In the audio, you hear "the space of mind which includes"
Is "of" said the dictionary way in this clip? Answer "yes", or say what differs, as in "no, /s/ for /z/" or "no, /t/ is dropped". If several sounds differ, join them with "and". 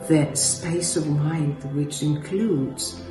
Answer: yes